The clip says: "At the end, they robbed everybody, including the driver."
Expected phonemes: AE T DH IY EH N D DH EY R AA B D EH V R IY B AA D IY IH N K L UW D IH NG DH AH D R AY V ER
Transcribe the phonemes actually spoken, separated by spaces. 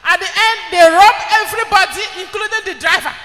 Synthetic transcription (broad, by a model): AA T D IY EH N D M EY R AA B EH V R IY B AA D IY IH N K L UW D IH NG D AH D R AY V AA